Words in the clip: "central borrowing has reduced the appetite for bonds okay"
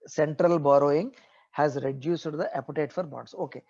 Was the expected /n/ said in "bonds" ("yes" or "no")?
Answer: no